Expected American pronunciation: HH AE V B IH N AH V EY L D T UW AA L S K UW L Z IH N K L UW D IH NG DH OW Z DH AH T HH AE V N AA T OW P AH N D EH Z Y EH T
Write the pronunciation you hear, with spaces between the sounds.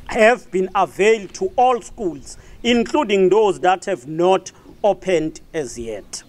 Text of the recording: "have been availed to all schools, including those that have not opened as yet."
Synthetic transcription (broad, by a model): HH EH V B IH N AH V EY L D T UW AA L S K UW L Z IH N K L UW D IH NG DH OW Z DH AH T HH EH V N AA T OW P AH N D EH Z Y EH T